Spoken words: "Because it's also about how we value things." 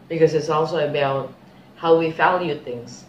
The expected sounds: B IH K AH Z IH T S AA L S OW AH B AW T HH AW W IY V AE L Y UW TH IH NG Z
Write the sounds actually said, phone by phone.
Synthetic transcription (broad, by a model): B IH K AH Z IH T S AA L S OW AH B AW T HH AW W IY F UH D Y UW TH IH NG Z